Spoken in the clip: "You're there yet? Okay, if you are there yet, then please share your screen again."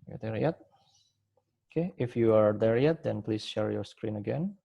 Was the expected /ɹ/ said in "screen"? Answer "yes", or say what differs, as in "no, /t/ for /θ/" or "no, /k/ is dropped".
yes